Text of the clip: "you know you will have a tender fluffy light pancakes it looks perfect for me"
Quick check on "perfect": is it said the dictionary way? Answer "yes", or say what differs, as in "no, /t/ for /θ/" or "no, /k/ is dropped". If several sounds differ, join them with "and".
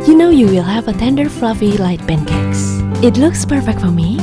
yes